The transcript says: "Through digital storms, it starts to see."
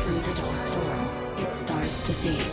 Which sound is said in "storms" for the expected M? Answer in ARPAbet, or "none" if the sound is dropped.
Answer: none